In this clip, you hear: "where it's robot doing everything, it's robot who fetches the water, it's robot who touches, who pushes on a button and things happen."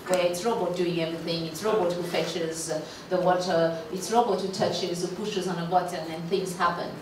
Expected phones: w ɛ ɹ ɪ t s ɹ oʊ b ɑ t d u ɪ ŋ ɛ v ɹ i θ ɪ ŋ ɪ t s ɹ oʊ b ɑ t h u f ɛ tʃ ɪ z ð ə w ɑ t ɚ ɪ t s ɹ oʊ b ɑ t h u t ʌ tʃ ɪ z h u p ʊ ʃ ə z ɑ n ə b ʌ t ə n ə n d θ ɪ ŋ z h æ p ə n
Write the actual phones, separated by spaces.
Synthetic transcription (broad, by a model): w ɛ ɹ ɪ t s ɹ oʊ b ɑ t d u ɪ ŋ ɛ v ɹ i θ ɪ ŋ ɪ t s ɹ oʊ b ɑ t h u f ɛ tʃ ɪ z ð ə w ɑ t ɚ ɪ t s ɹ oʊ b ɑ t h u t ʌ tʃ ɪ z h u p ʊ ʃ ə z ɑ n ə b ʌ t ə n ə n θ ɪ ŋ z h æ p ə n